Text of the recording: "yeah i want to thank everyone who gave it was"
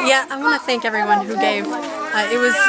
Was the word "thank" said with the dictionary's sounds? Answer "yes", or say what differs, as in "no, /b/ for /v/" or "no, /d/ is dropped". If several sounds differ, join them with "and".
yes